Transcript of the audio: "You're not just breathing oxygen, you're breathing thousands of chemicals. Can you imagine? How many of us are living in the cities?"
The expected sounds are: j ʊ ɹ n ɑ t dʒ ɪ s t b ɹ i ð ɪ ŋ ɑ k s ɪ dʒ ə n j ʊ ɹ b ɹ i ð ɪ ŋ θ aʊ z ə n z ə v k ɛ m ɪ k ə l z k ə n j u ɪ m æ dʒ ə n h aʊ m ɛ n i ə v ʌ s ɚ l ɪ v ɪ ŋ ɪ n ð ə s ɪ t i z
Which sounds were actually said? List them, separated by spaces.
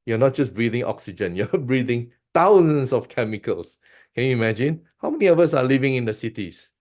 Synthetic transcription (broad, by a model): j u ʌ n ɑ t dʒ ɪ s b ɹ i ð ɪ ŋ ɑ k s ɪ dʒ ə n j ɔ b ɹ i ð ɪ ŋ t aʊ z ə n s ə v k ɛ m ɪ k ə l s k ə n j u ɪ m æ dʒ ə n h aʊ m ɛ n i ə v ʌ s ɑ l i v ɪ ŋ ɪ n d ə s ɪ t i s